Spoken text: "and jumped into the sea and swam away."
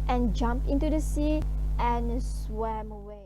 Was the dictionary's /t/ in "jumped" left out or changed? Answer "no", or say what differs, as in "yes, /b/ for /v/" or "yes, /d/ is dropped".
yes, /t/ is dropped